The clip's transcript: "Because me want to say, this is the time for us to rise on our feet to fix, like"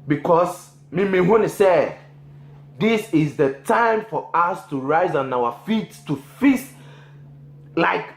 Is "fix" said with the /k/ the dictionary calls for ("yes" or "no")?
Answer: no